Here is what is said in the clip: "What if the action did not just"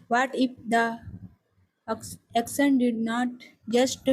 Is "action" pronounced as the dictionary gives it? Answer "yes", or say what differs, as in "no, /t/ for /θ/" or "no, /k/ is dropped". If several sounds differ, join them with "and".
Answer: no, /s/ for /ʃ/